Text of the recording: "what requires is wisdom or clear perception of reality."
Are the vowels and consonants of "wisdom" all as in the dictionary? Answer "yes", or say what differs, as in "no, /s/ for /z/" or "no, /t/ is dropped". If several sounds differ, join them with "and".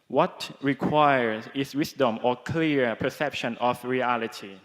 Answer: no, /s/ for /z/